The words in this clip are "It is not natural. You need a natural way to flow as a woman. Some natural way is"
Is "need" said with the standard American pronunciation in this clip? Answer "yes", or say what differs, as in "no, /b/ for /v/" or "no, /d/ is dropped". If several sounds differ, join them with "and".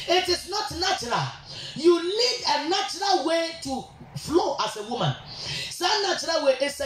no, /l/ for /n/